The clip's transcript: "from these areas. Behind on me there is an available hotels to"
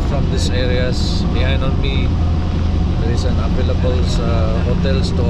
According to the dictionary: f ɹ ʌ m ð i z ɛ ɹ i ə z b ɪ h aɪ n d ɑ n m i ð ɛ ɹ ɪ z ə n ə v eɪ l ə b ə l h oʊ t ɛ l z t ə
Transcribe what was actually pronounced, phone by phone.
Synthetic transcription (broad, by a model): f ɹ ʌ m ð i s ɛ ɹ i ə s b ɪ h aɪ n d ɑ n m i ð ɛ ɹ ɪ s ə n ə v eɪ l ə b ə l h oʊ t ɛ l s t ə